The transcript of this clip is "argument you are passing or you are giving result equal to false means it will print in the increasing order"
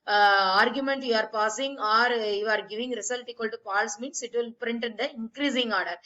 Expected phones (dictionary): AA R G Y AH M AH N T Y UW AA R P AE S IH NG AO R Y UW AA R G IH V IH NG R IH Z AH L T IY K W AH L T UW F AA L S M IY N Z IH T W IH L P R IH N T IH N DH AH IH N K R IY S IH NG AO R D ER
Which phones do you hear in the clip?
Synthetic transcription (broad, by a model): AA R G Y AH M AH N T Y UW AA R P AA S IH NG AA R Y UW AA R G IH V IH NG R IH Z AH L T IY K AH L T UW P AA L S M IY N S IH T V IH L P R IH N T IH N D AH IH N K R IY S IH NG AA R D